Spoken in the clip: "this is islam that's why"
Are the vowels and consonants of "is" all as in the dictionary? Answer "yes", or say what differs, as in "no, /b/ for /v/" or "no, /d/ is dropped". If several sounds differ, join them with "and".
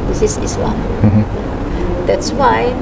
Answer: no, /s/ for /z/